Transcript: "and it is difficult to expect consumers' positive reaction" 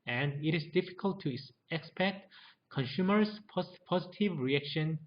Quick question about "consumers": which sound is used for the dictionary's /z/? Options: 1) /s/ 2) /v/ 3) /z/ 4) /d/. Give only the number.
1